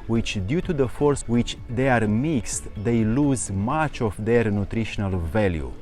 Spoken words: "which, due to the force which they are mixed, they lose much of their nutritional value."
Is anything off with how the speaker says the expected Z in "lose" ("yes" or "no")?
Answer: no